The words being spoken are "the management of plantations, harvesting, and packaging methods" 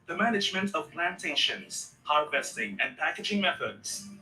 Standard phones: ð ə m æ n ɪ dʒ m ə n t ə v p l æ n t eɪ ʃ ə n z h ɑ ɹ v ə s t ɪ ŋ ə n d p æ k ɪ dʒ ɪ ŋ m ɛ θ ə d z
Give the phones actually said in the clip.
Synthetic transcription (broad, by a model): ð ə m æ n ɪ dʒ m ə n t ə v p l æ n t eɪ ʃ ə n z h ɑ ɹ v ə s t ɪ ŋ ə n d p æ k ɪ dʒ ɪ ŋ m ɛ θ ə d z